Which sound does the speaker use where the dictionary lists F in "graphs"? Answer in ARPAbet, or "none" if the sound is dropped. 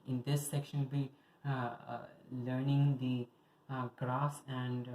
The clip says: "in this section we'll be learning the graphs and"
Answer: none